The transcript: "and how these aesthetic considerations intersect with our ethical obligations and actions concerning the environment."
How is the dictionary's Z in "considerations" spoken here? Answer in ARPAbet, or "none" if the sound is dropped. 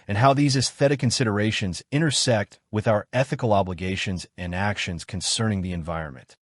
Z